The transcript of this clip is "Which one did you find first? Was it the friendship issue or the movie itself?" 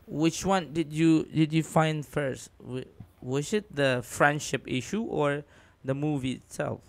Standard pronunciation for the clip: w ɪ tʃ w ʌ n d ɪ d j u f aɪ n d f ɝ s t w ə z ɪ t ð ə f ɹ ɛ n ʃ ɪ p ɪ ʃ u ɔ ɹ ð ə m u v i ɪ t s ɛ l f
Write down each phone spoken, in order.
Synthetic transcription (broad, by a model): w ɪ tʃ w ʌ n d ɪ d j u f aɪ n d f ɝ s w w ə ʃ ɪ t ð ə f ɹ ɛ n ʃ ɪ p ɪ ʃ u ɔ ɹ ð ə m u v i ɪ t s ɛ l f